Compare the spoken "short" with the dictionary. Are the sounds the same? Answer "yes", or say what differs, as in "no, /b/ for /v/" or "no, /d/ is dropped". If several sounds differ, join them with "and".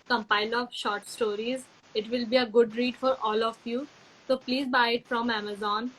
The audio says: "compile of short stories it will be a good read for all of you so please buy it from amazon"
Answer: yes